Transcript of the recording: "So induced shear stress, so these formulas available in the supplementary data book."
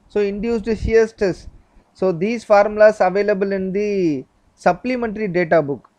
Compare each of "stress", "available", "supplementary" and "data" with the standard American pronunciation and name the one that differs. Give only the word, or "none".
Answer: stress